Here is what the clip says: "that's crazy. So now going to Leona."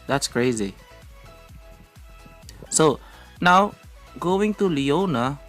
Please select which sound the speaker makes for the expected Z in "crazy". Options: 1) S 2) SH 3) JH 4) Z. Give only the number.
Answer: 4